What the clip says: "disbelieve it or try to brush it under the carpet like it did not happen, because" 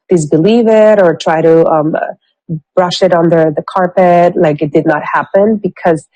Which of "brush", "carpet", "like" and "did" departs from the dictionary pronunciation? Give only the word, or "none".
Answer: none